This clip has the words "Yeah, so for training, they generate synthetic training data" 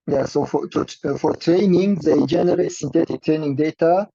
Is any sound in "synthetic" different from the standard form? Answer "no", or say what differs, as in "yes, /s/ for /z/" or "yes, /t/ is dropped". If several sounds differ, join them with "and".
yes, /t/ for /θ/